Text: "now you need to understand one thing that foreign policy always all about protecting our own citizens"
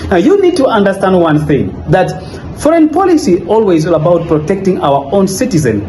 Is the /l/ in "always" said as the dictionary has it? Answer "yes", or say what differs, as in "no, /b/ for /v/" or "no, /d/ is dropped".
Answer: yes